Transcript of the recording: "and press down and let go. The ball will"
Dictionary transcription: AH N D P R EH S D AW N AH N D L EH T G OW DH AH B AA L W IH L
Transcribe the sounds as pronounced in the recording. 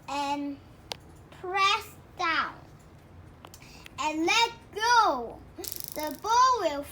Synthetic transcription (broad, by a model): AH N P R EH S D AW N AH N L EH T G OW DH AH B AA L W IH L